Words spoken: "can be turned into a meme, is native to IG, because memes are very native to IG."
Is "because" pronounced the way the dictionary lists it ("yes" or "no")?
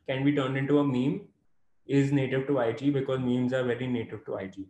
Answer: yes